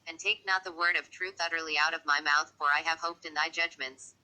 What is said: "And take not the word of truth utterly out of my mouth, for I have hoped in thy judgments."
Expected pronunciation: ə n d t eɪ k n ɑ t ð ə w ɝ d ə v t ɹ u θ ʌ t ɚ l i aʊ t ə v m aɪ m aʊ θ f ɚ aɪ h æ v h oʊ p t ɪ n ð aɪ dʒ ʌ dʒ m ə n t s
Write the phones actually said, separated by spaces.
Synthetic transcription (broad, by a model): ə n t eɪ k n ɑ t ð ə w ɝ d ə v t ɹ u θ ʌ t ɚ l i aʊ t ə v m aɪ m aʊ θ f ɚ aɪ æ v h oʊ p t ɪ n ð aɪ dʒ ʌ dʒ m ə n t s